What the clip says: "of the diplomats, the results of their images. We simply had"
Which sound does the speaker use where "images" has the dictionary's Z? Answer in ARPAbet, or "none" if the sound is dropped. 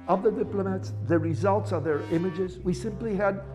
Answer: Z